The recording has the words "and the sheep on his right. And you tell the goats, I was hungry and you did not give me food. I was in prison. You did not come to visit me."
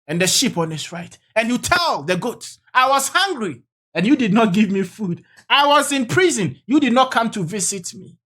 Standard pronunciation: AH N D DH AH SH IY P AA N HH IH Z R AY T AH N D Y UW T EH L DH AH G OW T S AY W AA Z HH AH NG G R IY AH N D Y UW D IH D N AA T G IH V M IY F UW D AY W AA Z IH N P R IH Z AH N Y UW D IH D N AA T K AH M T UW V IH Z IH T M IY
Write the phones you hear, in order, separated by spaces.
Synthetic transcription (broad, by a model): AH N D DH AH SH IY P AA N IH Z R AY T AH N Y UW T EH L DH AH G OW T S AY W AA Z HH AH NG G R IY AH N Y UW D IH D N AA T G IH V M IY F UW D AY W AA Z IH N P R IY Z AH N Y UW D IH D N AA T K AH M T UW V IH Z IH T M IY